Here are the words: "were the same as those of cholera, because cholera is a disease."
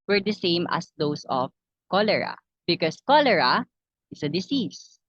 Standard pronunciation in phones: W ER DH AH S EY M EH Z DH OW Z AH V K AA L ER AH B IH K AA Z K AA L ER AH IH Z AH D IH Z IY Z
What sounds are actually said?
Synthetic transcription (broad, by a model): W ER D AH S EY M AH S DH OW S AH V K AA L ER AH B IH K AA S K AA L ER AH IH S AH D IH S IY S